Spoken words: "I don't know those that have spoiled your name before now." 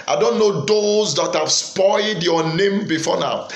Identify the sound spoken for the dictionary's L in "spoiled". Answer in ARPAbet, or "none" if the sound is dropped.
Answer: L